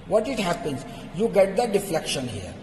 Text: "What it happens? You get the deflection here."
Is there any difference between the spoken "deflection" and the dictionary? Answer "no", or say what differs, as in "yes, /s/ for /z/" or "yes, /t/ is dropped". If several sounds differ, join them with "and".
no